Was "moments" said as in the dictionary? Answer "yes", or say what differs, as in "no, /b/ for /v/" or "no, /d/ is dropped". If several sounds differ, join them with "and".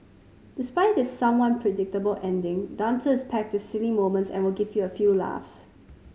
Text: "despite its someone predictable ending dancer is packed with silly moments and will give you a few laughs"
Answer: yes